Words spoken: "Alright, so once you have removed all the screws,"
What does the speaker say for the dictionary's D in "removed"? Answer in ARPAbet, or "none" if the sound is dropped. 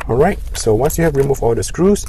none